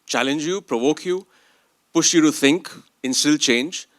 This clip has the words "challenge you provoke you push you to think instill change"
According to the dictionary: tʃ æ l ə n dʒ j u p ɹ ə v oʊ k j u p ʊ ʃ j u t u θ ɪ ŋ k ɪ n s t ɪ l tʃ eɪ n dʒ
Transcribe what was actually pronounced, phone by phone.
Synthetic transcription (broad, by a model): tʃ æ l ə n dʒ j u p ɹ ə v oʊ k j u p ʊ ʃ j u t u θ ɪ ŋ k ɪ n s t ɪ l tʃ eɪ n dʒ